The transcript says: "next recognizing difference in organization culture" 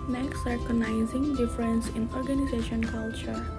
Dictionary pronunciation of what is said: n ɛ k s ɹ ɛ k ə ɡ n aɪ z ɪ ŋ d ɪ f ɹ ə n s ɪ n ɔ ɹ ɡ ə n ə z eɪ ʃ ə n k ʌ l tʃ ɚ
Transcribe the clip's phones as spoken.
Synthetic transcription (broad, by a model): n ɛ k s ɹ k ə n aɪ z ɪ ŋ d ɪ f ɹ ə n s ɪ n ɔ ɹ ɡ ə n ə z eɪ ʃ ə n k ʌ l tʃ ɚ